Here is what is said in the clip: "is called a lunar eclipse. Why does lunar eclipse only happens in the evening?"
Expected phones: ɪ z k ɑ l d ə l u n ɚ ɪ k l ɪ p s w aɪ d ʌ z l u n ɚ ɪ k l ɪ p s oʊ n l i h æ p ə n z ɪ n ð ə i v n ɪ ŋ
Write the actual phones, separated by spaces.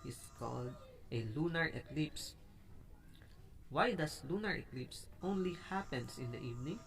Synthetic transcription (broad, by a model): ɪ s k ɑ l d ə l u n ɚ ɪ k l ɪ p s w aɪ d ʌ s l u n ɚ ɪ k l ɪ p s oʊ n l i h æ p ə n s ɪ n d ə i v n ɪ ŋ